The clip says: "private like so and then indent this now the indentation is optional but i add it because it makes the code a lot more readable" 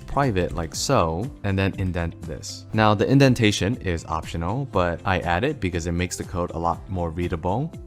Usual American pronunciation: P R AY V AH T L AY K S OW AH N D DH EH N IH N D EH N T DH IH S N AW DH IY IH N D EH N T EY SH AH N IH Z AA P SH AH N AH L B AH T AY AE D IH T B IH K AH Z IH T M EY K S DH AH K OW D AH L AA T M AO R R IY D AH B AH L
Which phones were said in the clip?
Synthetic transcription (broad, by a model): P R AY V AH T L AY K S OW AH N DH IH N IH N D EH N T DH IH S N AW DH IY IH N D EH N T EY SH AH N IH Z AA P SH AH N L B AH T AY AE D IH T B IH K AH Z IH T M EY K S DH AH K OW D AH L AA T M AO R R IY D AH B L